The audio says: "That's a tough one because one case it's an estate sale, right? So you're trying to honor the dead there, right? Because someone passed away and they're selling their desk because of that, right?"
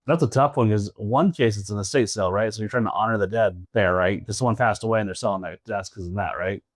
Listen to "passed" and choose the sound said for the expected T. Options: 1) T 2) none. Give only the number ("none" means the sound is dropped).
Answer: 1